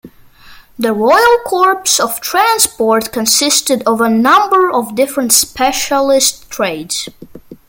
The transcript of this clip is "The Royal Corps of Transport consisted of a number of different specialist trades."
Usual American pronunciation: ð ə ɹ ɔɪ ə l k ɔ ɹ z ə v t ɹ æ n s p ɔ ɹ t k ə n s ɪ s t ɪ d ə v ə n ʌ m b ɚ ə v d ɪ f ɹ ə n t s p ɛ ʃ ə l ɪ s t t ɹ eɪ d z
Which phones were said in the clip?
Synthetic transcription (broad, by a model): ð ə ɹ ɔɪ ə l k ɔ ɹ s ə v t ɹ æ n s p ɔ ɹ t k ə n s ɪ s t ɪ d ə v ə n ʌ m b ɚ ə v d ɪ f ɹ ə n t s p ɛ ʃ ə l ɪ s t t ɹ eɪ d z